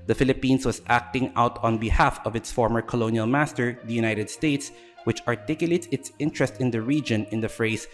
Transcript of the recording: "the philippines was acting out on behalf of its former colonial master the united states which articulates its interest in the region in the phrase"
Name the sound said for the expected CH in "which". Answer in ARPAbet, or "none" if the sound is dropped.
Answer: CH